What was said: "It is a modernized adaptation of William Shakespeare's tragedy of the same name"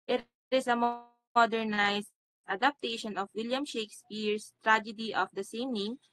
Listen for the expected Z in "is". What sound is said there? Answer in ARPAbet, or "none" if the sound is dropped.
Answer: S